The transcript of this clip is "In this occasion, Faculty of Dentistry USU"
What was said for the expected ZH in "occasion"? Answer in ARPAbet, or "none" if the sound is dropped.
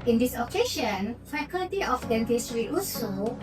SH